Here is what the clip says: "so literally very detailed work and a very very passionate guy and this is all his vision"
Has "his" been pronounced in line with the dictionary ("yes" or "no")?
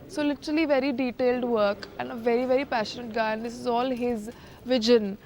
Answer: yes